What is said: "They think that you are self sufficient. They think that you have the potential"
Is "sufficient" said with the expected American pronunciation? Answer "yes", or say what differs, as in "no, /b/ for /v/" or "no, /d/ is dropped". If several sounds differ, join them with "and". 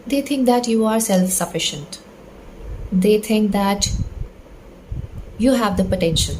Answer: yes